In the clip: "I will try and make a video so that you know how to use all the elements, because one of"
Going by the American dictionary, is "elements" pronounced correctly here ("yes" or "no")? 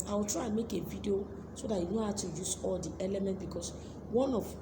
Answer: no